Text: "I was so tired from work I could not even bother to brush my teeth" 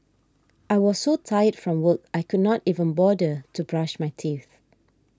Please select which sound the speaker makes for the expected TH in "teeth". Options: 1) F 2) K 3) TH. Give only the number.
3